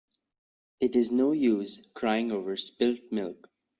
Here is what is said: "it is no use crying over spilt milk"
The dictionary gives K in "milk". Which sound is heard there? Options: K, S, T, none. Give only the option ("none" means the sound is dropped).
K